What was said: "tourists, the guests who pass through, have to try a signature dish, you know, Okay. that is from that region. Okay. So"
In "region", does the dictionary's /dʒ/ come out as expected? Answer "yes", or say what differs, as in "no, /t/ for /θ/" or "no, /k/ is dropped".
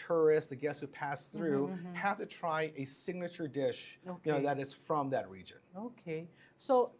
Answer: yes